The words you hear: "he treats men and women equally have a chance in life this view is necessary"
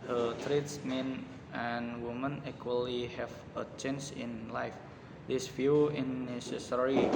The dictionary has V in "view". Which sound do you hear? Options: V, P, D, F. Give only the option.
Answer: F